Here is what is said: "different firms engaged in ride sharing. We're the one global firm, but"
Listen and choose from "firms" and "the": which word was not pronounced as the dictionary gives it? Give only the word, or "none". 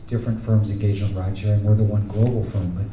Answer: none